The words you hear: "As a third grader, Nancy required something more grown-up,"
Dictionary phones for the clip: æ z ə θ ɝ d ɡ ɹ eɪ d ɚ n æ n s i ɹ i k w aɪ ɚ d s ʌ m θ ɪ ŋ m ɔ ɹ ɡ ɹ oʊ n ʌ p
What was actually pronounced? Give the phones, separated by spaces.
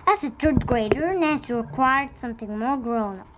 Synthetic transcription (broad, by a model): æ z ə t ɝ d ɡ ɹ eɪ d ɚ n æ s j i ɹ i k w aɪ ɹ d s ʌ m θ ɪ ŋ m ɔ ɹ ɡ ɹ oʊ n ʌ